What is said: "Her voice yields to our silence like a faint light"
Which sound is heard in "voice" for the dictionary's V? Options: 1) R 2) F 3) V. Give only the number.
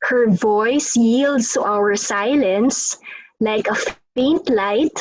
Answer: 3